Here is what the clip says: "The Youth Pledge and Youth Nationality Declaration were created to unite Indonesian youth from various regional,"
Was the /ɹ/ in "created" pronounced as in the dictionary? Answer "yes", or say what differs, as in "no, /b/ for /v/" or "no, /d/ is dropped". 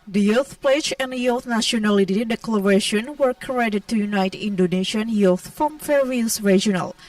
no, /ɹ/ is dropped